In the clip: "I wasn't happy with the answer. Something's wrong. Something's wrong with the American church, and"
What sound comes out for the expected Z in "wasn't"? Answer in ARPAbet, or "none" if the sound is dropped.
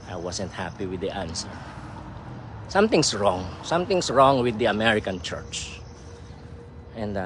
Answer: S